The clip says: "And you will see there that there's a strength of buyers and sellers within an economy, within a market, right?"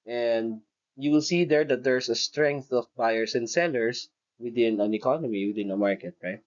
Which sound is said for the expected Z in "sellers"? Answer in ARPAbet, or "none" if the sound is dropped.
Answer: S